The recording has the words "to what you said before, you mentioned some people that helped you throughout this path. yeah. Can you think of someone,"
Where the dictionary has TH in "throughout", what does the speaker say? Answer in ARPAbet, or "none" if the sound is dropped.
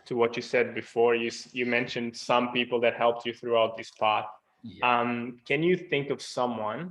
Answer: TH